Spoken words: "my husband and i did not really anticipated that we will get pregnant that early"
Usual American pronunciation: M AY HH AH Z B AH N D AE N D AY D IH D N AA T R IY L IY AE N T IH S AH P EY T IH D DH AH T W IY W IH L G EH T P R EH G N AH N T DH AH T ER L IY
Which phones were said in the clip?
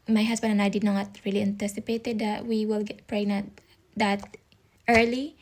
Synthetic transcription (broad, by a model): M AY HH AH S B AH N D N AY D IH D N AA T R IY L IY AE N T IH S AH P EY T IH D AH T W IY W IH L G EH T P R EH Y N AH T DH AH T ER L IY